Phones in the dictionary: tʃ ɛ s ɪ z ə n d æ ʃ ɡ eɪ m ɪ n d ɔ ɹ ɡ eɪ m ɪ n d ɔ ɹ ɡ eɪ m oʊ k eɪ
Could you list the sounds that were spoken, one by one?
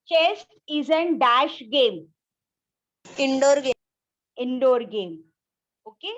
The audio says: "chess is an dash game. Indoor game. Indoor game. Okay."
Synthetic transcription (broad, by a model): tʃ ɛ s ɪ z ə n d æ ʃ ɡ eɪ m ɪ n d ɔ ɹ ɡ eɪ ɪ n d ɔ ɹ ɡ eɪ m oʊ k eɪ